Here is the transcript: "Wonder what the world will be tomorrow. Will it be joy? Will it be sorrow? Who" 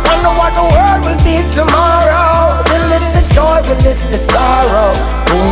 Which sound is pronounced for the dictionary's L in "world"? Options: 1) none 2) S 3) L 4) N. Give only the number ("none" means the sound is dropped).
1